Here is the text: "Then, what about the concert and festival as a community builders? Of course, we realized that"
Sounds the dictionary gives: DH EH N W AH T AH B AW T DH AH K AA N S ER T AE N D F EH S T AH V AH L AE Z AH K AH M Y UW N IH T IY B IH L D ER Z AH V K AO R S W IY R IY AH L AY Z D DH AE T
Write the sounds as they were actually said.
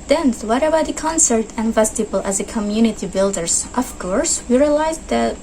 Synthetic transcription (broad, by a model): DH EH N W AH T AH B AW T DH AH K AA N S ER T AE N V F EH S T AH B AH L AE Z AH K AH M Y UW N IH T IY B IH L D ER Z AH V K AO R S W IY R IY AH L AY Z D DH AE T